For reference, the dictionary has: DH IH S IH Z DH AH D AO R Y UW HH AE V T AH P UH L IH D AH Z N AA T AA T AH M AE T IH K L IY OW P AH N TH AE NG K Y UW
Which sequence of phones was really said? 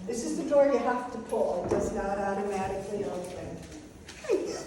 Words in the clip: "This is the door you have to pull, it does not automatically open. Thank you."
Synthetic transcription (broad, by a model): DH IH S IH Z DH AH D AO R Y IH HH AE F T AH P UH L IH D AH Z N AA T AA T AH M AE T IH K L IY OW AH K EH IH